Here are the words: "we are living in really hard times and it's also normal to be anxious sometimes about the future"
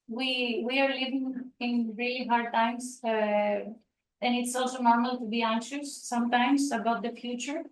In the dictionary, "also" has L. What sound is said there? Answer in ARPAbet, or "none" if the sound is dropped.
L